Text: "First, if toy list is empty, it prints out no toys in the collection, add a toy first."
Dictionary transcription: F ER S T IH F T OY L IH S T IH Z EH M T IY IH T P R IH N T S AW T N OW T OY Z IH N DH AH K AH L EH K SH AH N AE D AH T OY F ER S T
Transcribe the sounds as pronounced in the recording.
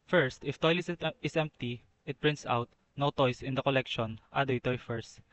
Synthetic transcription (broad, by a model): F ER S T IH F T OY L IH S IH S EH M T IY IH T P R IH N T S AW T N OW T OY S IH N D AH K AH L EH K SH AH N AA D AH T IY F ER S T